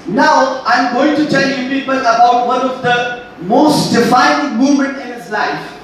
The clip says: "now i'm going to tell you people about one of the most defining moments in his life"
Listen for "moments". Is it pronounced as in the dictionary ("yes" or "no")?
no